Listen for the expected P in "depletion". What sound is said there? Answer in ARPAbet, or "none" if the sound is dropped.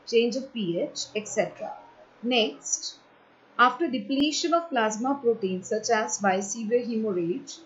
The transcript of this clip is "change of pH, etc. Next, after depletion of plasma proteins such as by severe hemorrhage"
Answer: P